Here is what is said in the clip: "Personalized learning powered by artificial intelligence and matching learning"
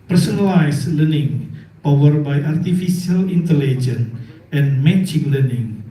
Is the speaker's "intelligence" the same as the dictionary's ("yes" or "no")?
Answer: no